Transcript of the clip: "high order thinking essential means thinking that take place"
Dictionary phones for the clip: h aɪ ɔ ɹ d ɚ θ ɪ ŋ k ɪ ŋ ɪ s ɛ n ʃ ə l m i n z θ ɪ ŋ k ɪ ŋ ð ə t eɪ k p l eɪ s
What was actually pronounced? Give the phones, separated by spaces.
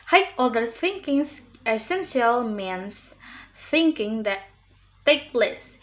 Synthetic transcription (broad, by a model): h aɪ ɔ l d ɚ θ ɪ ŋ k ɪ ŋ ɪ s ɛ n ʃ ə l m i n s θ ɪ ŋ k ɪ ŋ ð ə t eɪ k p l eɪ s